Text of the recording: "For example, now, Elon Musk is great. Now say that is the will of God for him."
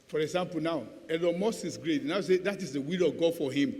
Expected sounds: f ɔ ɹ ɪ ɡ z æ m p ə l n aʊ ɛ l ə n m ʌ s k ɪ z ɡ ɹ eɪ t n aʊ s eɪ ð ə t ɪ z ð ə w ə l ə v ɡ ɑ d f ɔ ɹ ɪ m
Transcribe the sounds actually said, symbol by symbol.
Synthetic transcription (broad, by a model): f ɔ ɹ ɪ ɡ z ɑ m p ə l n aʊ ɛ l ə m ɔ s ɪ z ɡ ɹ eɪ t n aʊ s eɪ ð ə t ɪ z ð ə w ə l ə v ɡ ɑ d f ɔ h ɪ m